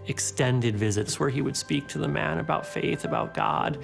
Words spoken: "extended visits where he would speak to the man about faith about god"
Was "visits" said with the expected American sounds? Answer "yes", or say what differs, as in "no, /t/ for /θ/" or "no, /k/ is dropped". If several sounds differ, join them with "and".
yes